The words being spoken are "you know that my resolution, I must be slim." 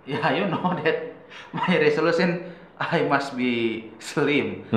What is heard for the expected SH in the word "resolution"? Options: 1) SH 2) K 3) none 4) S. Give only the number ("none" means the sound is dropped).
4